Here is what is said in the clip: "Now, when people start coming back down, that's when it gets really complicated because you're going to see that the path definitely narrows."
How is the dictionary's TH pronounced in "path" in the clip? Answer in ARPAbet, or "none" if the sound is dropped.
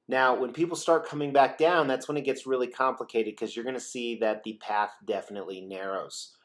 TH